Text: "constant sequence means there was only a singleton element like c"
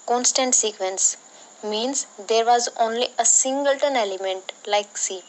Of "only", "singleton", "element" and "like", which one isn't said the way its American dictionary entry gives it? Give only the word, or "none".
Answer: none